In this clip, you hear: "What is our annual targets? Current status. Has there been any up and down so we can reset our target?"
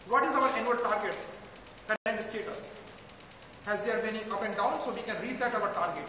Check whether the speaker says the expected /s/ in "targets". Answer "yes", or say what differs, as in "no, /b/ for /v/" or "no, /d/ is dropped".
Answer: yes